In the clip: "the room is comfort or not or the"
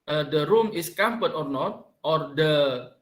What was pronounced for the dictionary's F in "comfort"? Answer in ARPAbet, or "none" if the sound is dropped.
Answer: P